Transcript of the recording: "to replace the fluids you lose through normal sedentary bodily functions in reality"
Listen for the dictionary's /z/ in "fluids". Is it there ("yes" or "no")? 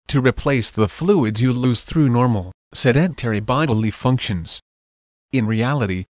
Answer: yes